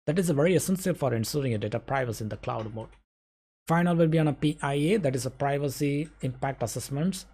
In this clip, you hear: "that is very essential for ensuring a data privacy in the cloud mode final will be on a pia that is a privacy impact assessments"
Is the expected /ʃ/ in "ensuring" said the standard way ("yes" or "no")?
no